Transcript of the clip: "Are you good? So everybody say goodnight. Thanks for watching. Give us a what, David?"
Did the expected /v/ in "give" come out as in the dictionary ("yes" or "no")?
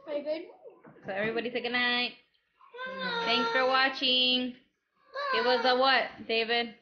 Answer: no